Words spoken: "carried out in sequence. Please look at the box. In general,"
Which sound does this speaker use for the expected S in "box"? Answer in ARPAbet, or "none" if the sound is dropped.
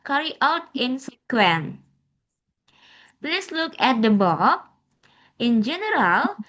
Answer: none